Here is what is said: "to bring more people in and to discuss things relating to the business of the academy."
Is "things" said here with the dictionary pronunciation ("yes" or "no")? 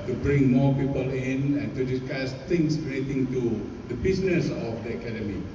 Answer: no